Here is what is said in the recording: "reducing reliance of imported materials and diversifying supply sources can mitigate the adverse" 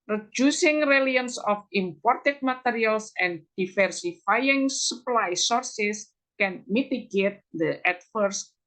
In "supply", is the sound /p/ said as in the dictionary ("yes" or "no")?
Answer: yes